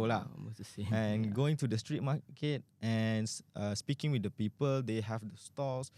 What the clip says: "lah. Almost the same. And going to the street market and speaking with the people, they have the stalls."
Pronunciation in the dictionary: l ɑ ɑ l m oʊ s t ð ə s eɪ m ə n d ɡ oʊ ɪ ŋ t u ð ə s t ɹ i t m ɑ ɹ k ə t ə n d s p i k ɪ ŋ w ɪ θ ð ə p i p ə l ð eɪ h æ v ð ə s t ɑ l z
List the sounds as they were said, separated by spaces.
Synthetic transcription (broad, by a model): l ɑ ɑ m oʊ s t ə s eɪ ə n ɡ oʊ ɪ ŋ t u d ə s t ɹ i t m ɑ k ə t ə n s s p i k ɪ ŋ w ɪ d ə p i p ə l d eɪ h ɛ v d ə s t ɑ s